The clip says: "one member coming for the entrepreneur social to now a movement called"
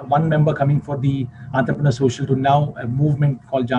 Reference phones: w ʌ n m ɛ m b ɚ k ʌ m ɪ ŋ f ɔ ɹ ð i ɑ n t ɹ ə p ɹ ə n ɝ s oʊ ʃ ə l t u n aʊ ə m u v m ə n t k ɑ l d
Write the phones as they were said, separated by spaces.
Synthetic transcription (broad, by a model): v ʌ n m ɛ m b ɚ k ʌ m ɪ ŋ f ɔ ɹ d i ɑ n t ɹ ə p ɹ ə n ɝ s oʊ ʃ ə l t u n aʊ ə m u v m ə n t k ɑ l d